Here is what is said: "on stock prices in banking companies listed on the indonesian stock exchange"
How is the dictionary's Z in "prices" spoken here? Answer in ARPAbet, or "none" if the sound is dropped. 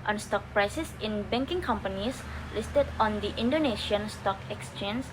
S